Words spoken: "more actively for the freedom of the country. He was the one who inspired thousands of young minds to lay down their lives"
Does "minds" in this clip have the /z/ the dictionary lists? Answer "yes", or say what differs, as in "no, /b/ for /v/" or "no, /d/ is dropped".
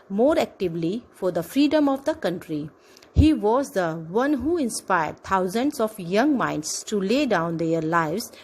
no, /s/ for /z/